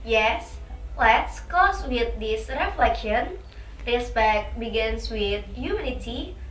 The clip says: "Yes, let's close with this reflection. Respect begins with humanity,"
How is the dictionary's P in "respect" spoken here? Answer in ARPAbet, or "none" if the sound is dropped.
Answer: B